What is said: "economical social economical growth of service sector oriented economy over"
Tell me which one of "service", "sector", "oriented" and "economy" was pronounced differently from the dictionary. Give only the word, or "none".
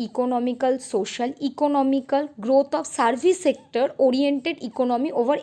service